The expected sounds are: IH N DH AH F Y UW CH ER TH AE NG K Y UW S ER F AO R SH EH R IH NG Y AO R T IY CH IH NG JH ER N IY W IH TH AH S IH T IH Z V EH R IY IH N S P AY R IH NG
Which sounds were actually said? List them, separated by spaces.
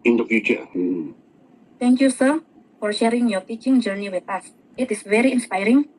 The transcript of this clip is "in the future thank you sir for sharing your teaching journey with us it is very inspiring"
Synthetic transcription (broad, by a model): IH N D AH F Y UW CH ER T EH NG K Y UW S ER F AO R SH EH R IH NG Y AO T IY CH IH NG JH ER N IY W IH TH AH S IH T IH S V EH R IY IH N S P AY R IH NG